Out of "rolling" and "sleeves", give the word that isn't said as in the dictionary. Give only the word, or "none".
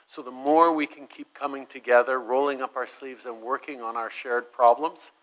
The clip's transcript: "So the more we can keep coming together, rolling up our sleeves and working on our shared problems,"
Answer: none